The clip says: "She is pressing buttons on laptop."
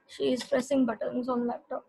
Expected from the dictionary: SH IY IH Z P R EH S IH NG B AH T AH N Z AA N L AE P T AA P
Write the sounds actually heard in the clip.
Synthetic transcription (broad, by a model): SH IY IH Z P R EH S IH NG B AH T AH N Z AA N L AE P T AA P